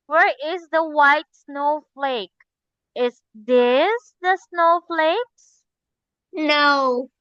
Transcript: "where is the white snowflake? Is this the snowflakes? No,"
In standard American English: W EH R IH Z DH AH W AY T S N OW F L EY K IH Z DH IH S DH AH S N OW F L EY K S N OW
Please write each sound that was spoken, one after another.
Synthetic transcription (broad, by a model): W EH R IH Z DH AH W AY T S N OW F L EY K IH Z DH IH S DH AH S N OW F L EY K S N OW